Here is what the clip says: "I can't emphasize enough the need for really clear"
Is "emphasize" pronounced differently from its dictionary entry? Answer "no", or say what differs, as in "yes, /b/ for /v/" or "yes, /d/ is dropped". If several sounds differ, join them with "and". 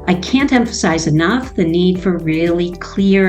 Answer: no